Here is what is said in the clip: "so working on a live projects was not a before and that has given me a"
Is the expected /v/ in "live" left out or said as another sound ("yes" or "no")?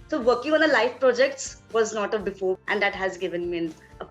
yes